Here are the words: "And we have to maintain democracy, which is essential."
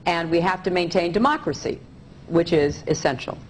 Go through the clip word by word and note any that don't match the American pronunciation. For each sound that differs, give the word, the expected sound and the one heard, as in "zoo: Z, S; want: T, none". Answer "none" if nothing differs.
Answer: have: V, F